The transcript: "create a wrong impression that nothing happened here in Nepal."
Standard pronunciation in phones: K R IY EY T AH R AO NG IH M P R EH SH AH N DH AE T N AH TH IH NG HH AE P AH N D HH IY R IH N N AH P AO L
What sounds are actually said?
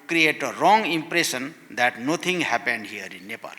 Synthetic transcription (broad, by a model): K R IY EY T AH R AO NG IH M P R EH S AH N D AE T N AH T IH NG HH AE P AH N D HH IY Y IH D N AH P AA L